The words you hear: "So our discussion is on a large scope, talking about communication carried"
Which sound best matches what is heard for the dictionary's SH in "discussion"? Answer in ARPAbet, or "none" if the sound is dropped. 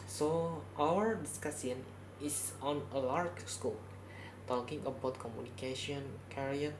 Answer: S